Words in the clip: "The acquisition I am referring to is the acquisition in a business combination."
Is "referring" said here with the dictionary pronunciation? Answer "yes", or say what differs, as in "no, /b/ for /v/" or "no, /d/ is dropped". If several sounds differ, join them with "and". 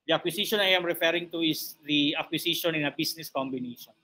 yes